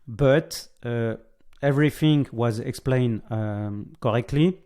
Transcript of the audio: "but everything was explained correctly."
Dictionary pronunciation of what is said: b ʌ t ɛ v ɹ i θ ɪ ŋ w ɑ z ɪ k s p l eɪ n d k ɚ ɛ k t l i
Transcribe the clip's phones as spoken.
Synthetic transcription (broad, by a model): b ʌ t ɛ v ɹ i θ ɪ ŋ w ɑ z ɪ k s p l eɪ n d k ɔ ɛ k t l i